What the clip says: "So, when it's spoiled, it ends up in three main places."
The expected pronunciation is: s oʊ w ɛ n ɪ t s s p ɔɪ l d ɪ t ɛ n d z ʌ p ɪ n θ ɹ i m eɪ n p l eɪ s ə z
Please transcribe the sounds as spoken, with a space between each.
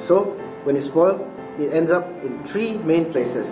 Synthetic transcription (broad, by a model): s oʊ w ɛ n ɪ t s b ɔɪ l ɪ t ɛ n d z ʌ p ɪ n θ ɹ i m eɪ n p l eɪ s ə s